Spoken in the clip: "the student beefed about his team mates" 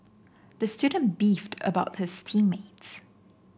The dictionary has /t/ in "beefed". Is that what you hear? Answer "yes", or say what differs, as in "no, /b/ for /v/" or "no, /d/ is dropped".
yes